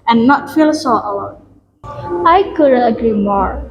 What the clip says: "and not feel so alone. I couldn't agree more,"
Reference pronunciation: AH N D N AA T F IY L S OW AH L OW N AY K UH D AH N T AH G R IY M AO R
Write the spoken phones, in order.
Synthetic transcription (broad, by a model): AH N N AA T F IY L S OW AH W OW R AY K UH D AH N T AH G R IY M AO R